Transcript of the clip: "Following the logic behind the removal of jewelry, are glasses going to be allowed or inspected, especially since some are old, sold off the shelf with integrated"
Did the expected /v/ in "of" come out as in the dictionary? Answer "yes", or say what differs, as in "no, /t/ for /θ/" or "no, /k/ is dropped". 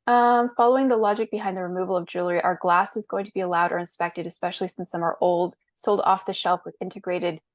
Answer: yes